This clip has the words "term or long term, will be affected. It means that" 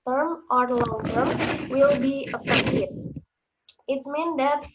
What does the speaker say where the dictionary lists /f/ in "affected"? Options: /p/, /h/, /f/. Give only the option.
/p/